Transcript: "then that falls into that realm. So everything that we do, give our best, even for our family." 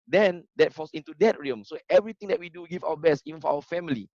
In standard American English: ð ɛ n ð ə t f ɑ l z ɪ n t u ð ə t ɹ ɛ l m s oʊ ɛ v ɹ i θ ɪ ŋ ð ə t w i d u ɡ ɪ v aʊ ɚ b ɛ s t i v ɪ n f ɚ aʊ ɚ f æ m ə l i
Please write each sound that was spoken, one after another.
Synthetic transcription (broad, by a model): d ɛ n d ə t f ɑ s ɪ n t u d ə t ɹ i m s oʊ ɛ v ɹ i t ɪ ŋ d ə t w i d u ɡ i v aʊ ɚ b ɛ s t i v ɪ n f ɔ aʊ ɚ f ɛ m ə l i